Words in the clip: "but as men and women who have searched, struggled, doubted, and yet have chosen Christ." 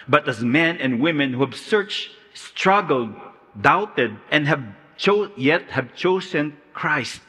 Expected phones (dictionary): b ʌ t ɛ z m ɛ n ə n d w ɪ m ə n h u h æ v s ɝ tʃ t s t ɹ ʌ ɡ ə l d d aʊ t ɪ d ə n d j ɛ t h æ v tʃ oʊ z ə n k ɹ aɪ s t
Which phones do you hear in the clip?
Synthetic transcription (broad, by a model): b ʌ t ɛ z m ɛ n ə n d w ɪ m ə n h u h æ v s ɝ tʃ t s t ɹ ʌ ɡ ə l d d aʊ t ɪ d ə n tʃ j ɛ t h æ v tʃ oʊ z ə n k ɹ aɪ s t